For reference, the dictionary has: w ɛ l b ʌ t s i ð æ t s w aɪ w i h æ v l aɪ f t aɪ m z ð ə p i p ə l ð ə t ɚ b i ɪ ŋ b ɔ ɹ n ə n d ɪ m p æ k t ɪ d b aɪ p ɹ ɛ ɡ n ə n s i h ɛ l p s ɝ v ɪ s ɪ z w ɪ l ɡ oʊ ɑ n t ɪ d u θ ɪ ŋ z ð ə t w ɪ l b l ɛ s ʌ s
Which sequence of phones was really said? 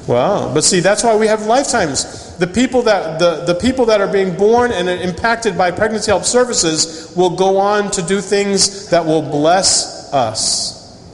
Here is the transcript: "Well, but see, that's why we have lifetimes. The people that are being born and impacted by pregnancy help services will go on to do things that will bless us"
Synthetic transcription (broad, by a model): w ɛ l b ʌ t s i ð æ t s w aɪ w i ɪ v l aɪ f t aɪ m z ð ə p i p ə l ð ə t ɚ b i ɪ ŋ b ɔ ɹ n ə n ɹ ɪ m p æ k t ɪ d b aɪ p ɹ ɛ ɡ n ə n s i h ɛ l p s ɝ v ɪ s ɪ z w ɪ l ɡ oʊ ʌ n t ɪ d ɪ θ ɪ ŋ z ð ə t w ɪ l b l ɛ s ʌ s